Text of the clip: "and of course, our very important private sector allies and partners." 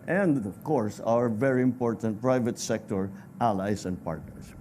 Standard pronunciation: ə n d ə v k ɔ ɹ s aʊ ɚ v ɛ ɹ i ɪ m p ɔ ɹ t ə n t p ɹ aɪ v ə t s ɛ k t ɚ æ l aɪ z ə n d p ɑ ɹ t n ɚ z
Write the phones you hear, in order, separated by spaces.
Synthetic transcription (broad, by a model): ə n d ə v k ɔ ɹ s aʊ ɚ v ɛ ɹ i ɪ m p ɔ ɹ t ə n t p ɹ aɪ v ə t s ɛ k t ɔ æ l aɪ s ə n d p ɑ ɹ t n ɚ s